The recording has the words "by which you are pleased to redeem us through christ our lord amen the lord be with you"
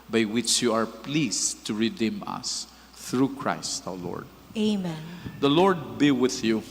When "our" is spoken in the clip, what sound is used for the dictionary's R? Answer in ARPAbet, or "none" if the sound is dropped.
W